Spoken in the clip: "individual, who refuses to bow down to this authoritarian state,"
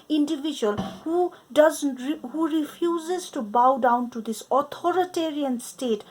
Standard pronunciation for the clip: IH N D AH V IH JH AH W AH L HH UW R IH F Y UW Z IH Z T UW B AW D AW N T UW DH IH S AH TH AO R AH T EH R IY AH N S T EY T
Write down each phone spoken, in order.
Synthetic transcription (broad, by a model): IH N D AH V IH JH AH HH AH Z HH UW R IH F Y UW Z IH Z T UW B AW D AW N T UW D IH S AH T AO R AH T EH R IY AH N S T EY T